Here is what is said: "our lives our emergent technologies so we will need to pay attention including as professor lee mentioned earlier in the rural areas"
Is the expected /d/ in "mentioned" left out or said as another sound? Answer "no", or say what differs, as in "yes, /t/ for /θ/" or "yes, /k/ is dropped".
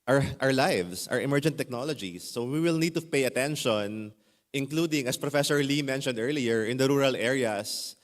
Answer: no